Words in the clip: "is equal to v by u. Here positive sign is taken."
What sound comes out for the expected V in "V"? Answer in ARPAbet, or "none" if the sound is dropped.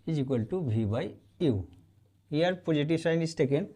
B